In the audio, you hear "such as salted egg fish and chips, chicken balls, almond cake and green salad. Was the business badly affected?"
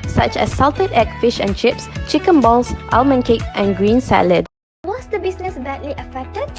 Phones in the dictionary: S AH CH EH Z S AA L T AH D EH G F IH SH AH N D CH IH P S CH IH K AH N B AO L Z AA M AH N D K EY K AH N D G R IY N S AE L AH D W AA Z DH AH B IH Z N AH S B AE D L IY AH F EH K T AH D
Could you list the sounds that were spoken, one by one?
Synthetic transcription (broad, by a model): S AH CH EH S AA L T AH D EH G F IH SH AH N CH IH P S CH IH K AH N B AO L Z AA M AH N K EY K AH N G R IY N S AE L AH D W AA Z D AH B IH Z N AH S B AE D L IY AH F EH K T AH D